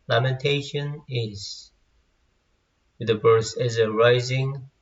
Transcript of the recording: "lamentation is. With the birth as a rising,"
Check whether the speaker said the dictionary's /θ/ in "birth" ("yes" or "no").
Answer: no